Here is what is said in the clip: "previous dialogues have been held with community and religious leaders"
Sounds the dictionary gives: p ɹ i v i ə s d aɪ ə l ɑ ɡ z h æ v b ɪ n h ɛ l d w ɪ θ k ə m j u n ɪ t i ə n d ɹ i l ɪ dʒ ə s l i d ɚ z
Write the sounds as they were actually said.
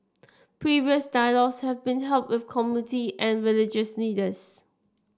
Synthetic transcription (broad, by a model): p ɹ i v i ə s d aɪ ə l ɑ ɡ s h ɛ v b ɪ n h ɛ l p w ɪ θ k ə m j u n ɪ t i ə n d ɹ i l ɪ dʒ ə s n i d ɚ s